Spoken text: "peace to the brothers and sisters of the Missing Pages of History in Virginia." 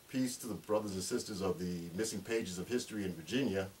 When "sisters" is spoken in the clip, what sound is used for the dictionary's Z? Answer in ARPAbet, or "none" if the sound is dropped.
Z